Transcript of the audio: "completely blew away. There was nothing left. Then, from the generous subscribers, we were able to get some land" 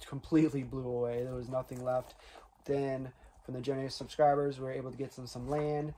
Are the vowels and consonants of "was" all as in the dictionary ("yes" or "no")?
yes